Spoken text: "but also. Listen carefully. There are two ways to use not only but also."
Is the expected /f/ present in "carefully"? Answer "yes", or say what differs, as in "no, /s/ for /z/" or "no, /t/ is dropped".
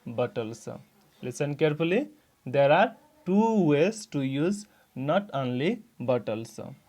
no, /p/ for /f/